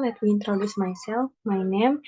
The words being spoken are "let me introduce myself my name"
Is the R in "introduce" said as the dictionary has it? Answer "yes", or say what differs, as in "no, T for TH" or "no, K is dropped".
yes